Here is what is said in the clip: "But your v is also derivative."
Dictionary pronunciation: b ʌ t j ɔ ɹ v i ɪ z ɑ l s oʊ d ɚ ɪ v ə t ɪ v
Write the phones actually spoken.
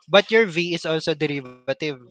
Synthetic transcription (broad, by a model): b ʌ t j ɔ ɹ v i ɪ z ɑ l s oʊ d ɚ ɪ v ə t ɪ v